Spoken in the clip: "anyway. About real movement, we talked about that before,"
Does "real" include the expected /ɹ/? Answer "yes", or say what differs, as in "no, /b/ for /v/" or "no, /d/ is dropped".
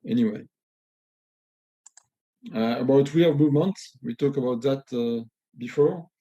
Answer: no, /w/ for /ɹ/